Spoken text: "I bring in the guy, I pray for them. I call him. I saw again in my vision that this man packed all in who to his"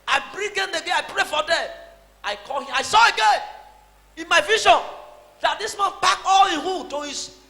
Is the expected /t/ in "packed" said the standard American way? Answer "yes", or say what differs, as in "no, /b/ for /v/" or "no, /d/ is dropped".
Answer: no, /t/ is dropped